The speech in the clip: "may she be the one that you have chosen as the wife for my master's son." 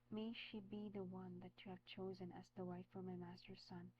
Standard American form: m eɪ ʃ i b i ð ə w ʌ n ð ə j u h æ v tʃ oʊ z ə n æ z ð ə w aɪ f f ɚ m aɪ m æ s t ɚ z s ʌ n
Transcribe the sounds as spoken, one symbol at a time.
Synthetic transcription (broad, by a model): m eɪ ʃ i b i ð ə w ʌ n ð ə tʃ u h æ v tʃ oʊ z ə n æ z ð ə w aɪ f f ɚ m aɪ m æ s t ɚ s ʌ n